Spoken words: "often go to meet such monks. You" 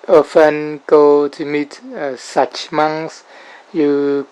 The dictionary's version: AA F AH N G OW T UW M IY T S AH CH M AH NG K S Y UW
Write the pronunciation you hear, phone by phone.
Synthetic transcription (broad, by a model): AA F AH N G OW T UW M IY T S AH CH M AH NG S Y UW